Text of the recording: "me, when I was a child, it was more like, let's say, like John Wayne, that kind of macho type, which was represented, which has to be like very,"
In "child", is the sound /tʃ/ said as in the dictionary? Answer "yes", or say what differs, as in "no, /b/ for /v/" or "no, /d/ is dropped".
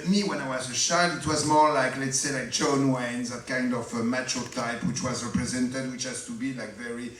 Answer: no, /ʃ/ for /tʃ/